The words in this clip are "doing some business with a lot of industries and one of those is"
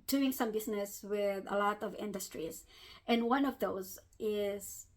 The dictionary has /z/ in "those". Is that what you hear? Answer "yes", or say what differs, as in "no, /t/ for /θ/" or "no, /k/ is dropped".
yes